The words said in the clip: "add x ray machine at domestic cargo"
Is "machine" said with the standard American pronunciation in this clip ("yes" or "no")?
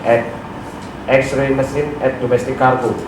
no